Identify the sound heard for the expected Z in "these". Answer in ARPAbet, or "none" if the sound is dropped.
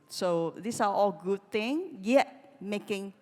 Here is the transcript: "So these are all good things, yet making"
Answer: S